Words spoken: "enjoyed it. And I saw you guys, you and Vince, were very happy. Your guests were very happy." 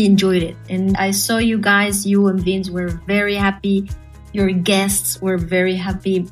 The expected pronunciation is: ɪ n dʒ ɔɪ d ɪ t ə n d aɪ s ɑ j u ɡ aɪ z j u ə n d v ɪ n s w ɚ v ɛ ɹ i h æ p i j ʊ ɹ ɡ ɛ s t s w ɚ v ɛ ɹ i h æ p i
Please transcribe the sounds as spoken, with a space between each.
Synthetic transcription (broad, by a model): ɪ n dʒ ɔɪ d ɪ t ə n aɪ s ɑ j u ɡ aɪ z j u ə n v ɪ n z w ɚ v ɛ ɹ i h æ p i j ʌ ɹ ɡ ɛ s t s w ɚ v ɛ ɹ i h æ p i